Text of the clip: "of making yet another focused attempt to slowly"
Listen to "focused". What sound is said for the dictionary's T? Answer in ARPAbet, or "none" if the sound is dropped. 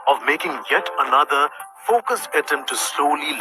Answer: none